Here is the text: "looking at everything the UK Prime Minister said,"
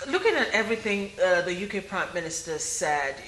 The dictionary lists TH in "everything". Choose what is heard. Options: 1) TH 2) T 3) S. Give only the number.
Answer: 1